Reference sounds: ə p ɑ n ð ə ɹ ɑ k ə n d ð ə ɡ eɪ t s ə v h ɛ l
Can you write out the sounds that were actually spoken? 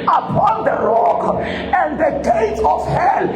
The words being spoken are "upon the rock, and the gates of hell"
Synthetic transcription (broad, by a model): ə p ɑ n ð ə ɹ ɑ k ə n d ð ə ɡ eɪ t ə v h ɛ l